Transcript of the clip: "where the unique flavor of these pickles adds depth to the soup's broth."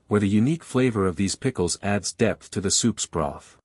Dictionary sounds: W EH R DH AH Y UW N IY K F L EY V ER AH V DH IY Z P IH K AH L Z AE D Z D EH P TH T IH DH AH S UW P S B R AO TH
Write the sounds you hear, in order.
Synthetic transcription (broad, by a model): W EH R DH AH Y UW N IY K F L EY V ER AH V DH IY Z P IH K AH L Z AE D Z D EH P TH T IH DH AH S UW P S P R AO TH